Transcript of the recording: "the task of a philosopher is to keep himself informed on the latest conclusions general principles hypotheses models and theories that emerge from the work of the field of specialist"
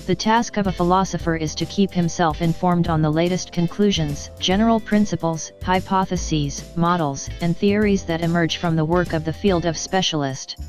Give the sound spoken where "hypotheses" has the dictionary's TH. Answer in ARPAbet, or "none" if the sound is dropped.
TH